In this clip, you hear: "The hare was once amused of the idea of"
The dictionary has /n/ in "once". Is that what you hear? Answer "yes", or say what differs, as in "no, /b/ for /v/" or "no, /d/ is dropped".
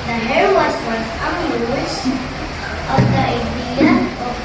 no, /n/ is dropped